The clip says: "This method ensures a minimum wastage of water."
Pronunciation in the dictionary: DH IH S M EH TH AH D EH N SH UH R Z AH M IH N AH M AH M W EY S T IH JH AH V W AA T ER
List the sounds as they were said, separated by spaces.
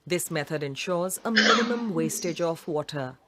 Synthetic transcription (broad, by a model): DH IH S M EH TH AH D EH N SH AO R Z AH M IH N AH M AH M W EY S T IH JH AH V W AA T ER